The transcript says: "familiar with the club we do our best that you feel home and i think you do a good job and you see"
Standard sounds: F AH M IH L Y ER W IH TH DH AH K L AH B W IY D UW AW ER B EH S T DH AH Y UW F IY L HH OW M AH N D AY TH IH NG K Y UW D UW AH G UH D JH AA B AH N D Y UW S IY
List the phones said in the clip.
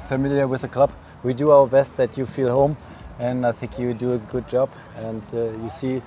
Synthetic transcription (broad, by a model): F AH M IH L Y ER W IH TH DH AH K L AH B W IY D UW AW ER B EH S T DH AH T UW F IY L HH OW M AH N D AY TH IH NG K Y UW D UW AH G UH D JH AA B AH N D Y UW S IY